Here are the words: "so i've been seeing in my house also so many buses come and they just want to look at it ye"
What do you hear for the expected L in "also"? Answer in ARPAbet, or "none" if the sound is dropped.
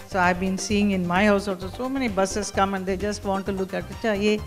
none